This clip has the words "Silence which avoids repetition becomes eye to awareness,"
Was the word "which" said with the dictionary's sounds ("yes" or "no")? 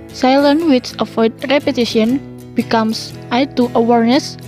no